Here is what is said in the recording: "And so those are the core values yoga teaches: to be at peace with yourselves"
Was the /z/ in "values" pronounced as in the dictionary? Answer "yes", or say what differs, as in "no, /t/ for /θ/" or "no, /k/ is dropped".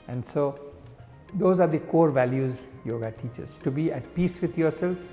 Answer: yes